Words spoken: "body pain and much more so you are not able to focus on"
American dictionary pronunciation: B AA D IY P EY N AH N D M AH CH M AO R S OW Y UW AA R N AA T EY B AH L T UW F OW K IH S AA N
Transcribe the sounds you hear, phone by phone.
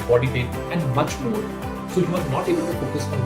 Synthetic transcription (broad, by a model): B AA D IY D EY AH N D M AH CH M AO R S OW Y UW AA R N AA T EY B AH L T UW P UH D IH S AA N